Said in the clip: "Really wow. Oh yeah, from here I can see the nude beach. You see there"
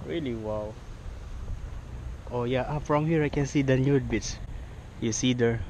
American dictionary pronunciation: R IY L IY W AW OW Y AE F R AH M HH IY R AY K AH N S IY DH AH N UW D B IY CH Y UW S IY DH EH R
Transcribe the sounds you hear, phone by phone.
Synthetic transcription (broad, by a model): R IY L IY W AW OW Y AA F R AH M HH IY R AY K AH N S IY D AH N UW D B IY S Y UW S IY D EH R